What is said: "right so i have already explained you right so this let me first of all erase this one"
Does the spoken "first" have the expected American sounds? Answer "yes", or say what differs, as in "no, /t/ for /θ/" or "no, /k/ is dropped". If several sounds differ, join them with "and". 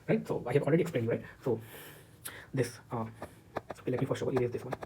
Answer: no, /s/ is dropped